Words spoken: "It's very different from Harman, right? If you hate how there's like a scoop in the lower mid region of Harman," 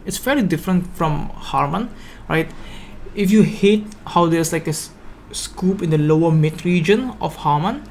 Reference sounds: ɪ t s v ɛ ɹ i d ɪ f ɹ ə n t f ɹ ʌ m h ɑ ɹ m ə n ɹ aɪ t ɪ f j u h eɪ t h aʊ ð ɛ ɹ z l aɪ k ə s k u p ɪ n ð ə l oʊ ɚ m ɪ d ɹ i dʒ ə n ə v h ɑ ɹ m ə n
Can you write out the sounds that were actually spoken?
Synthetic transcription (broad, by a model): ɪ t s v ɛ l i d ɪ f ɹ ə n t f ɹ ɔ m h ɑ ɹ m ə n ɹ aɪ t ɪ f j u h eɪ t h aʊ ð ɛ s l aɪ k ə s k u p ɪ n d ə l oʊ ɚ m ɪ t ɹ i dʒ ə n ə f h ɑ m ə n